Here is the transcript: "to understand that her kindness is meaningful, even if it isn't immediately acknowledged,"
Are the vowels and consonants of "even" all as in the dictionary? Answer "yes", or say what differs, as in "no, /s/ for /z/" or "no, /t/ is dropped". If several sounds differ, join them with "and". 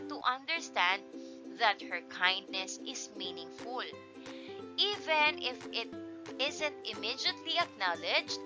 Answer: yes